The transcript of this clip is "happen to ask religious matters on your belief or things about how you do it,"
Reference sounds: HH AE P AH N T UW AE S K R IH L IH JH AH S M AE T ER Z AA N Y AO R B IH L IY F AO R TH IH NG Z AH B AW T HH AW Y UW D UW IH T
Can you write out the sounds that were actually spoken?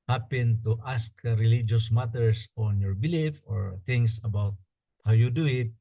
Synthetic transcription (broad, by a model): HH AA P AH N T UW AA S K R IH L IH JH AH S M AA T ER S AA N Y AO R B IH L IY F AO R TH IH NG S AH B AW T HH AW Y UW D UW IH T